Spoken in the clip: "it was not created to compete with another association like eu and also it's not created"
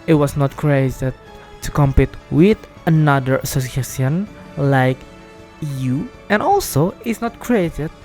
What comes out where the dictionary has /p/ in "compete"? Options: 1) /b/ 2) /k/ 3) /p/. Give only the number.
3